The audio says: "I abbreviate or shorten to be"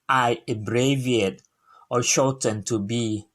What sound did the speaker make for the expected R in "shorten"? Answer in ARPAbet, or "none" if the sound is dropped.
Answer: L